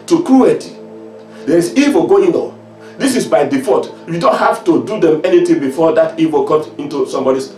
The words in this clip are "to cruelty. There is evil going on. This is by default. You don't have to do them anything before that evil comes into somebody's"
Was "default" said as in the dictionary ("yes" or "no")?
no